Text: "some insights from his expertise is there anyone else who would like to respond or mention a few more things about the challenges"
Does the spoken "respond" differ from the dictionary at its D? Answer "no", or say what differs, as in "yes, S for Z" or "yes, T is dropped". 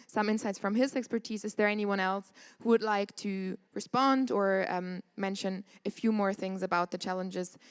no